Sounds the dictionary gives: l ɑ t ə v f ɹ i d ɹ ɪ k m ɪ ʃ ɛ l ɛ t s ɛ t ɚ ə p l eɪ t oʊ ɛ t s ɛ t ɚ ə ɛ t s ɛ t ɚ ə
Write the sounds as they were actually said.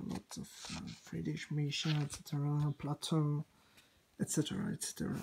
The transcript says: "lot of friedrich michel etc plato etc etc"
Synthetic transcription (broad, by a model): l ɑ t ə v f ɹ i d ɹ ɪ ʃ m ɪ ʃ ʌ n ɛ t s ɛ t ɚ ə p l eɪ t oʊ ɛ t s ɛ t ɚ ə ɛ t s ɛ t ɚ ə